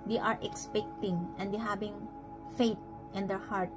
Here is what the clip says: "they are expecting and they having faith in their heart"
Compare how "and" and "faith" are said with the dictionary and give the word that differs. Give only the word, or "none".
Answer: faith